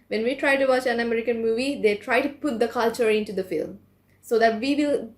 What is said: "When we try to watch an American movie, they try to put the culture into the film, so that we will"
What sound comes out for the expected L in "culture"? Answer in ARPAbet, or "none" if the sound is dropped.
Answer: L